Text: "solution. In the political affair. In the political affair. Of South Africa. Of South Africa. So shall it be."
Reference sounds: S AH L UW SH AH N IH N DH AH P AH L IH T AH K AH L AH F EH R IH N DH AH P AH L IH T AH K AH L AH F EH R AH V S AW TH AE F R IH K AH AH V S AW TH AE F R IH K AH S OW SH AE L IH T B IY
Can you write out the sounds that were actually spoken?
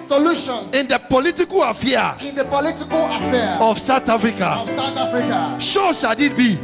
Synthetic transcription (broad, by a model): S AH L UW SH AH N IH N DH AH P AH L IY T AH K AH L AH F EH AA IH N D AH P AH L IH T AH K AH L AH F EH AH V S AW T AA F R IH K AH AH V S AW T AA F R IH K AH SH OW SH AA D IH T B IY